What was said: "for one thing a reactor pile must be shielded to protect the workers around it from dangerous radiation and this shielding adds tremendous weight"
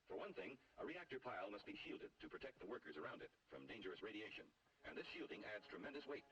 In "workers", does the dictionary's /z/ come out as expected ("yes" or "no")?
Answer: yes